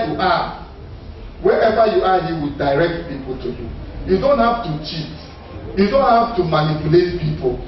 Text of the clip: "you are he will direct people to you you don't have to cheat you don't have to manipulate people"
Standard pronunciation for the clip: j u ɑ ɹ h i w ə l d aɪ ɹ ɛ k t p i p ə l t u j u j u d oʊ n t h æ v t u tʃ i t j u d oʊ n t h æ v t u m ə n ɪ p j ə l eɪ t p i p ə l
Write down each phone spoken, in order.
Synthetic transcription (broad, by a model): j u ɑ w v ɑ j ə w d aɪ ɹ ɛ k t p i p ə l t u j u j u d oʊ n t h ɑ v t u tʃ i t j u d oʊ n t h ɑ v t u m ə n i p j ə l eɪ t p i p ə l